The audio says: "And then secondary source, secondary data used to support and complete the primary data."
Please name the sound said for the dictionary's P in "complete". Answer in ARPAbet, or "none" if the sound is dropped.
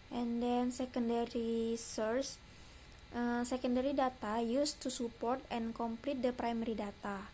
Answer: P